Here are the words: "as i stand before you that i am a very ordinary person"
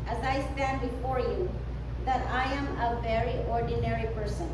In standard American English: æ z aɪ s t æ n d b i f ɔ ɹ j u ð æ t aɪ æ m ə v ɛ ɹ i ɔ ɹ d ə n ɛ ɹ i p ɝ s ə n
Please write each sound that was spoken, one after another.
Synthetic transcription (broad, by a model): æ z aɪ s t æ n d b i f ɔ ɹ j u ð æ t aɪ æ m ə v ɛ ɹ i ɔ ɹ d ə n ɛ ɹ i p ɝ s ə n